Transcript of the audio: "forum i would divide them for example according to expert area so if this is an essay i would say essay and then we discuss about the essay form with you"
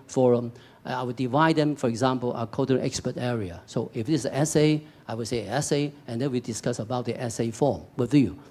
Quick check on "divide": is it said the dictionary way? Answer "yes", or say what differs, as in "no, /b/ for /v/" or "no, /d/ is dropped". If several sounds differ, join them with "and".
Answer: yes